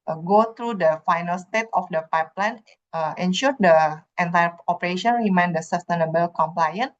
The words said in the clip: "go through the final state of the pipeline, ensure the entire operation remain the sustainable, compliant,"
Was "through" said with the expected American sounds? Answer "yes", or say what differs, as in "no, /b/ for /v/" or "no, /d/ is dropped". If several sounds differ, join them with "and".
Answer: no, /t/ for /θ/